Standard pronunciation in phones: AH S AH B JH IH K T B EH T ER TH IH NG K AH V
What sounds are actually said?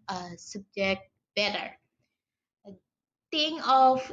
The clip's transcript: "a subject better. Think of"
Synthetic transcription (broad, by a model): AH S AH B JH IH K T B EH T ER T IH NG AH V